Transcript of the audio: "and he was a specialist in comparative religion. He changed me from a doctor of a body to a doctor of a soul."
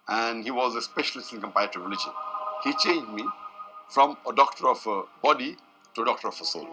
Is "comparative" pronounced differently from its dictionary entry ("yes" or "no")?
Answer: yes